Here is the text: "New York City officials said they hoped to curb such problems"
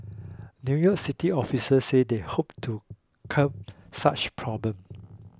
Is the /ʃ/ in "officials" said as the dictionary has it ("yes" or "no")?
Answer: no